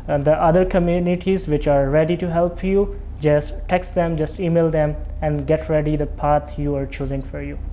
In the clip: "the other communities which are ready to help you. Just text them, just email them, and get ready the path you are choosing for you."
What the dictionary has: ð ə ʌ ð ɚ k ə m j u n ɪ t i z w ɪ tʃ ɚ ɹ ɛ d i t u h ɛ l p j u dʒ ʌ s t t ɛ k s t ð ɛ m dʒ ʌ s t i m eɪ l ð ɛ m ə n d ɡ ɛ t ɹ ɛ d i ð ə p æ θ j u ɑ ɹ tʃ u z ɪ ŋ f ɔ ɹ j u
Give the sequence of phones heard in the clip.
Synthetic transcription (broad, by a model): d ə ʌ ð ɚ k ə m j u n ɪ t i z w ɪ tʃ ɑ ɹ ɛ d i t u h ɛ l p j u dʒ ʌ s t t ɛ k s t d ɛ m dʒ ʌ s t i m eɪ l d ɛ m ə n d ɡ ɛ t ɹ ɛ d i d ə p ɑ t j u ɑ ɹ tʃ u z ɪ ŋ f ɔ ɹ j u